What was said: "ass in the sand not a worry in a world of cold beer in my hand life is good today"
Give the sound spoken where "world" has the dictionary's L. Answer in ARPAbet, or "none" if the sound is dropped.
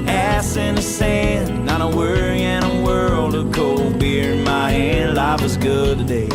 L